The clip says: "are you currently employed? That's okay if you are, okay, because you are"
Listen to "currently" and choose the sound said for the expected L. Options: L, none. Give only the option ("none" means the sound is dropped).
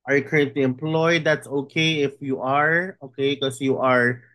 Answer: L